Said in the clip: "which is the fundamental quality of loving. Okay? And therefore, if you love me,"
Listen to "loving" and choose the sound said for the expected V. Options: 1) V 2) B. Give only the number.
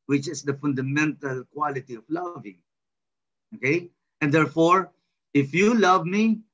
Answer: 1